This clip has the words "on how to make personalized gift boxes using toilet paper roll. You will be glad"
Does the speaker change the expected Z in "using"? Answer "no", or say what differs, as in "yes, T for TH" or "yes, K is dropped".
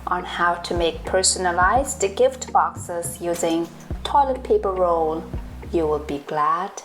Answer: no